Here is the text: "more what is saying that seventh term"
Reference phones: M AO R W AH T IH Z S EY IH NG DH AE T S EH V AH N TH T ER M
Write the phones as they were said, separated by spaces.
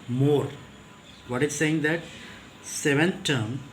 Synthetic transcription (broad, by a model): M AO R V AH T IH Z S EY IH NG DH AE T S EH V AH N T T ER M